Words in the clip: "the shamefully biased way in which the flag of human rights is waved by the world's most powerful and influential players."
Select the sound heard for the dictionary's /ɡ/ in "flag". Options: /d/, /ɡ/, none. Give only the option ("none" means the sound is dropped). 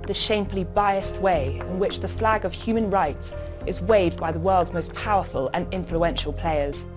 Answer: /ɡ/